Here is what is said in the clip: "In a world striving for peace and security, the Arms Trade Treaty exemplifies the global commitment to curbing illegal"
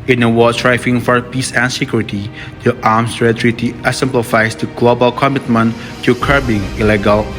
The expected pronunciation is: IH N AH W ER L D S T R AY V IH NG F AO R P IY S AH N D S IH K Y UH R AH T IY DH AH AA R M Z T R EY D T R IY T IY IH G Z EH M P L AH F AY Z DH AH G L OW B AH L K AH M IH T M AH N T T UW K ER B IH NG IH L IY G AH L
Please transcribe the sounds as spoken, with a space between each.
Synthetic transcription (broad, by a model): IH N AH W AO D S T R AY F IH NG F AO R P IY S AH N S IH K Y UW R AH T IY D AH AA M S R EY T R IY T IY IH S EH M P L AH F AY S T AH G L OW B AH L K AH M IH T M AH N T T UW K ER B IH NG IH L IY G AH L